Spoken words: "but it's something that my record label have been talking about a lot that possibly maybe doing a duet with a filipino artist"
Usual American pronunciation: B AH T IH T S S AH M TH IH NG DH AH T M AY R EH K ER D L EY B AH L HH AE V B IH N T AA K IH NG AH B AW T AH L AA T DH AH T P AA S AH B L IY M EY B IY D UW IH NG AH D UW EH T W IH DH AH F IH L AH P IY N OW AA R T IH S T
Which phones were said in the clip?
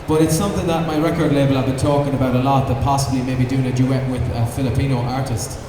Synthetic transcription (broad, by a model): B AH T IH T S S AH M TH IH NG DH AH T M AY R EH K ER D L EY B AH L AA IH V B IH N T AA K IH NG AH B AW T AH L AA T DH AH T P AA S AH B L IY M EY B IY D UW IH NG AH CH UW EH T W IH DH AH F IH L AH P IY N OW AA R T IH S T